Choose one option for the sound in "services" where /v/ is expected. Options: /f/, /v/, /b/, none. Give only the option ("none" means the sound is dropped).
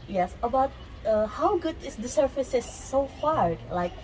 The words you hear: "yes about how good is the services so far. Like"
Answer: /f/